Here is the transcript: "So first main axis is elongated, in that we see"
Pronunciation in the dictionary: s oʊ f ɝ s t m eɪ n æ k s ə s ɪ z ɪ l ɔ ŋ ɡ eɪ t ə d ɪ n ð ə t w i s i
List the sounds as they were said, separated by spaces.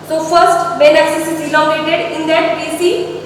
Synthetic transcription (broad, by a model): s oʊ f ɝ s t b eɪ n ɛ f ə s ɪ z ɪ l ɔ ɡ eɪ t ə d ɪ n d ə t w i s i